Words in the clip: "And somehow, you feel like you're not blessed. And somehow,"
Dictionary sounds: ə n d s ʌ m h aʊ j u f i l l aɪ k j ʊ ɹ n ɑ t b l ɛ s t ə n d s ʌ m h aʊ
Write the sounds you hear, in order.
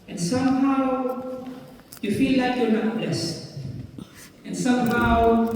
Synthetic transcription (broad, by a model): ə n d s ʌ m h aʊ j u f i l l aɪ k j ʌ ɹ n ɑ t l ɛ s ə n s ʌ m h aʊ